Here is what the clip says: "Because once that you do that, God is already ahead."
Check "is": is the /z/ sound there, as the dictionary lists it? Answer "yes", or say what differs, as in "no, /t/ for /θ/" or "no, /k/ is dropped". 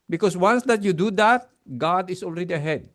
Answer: no, /s/ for /z/